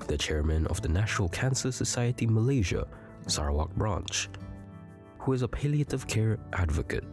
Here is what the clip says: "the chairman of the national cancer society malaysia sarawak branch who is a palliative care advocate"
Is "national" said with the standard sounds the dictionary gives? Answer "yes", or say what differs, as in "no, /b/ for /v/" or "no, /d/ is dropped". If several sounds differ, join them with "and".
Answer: yes